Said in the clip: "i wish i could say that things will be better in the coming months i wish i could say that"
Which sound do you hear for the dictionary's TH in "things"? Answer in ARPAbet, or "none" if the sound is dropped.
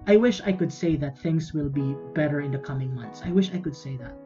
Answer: TH